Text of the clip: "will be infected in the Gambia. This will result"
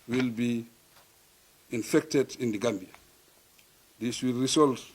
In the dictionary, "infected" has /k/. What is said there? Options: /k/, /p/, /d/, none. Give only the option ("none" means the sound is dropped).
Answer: /k/